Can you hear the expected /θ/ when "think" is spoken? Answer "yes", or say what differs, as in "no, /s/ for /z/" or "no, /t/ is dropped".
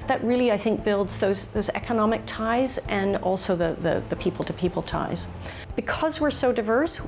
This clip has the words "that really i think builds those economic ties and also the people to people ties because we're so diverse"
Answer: yes